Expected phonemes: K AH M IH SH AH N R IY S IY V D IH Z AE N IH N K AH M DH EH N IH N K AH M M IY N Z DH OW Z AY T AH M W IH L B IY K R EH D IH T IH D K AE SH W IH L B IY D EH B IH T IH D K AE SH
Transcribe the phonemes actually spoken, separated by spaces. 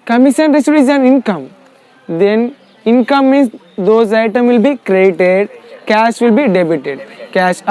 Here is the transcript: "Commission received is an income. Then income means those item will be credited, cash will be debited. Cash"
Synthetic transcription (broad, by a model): K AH M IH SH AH N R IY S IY D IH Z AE N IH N K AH M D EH N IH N K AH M M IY N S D OW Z AY T AH M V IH L B IY K R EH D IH T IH D K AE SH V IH L B IY D EH B IH T IH D K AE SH